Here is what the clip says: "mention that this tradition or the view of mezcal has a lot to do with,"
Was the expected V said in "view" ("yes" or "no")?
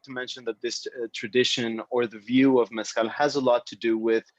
yes